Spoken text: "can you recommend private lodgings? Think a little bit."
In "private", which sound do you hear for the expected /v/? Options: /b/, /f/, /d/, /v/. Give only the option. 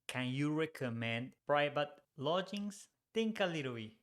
/b/